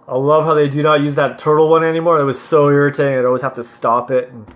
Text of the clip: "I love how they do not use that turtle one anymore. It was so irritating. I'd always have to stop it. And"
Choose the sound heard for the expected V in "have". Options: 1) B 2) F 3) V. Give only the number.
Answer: 2